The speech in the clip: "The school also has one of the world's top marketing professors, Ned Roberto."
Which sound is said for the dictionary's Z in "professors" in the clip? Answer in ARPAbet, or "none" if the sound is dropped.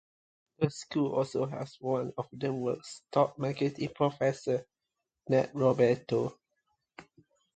none